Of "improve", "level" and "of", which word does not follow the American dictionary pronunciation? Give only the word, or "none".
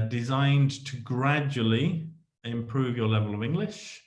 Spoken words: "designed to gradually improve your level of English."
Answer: none